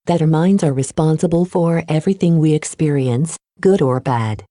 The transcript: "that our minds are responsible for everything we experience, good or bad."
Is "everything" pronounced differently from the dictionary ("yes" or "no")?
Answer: no